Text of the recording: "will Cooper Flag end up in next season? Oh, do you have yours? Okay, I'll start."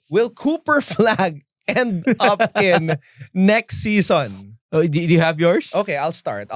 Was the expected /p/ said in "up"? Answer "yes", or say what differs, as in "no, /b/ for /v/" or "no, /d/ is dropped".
yes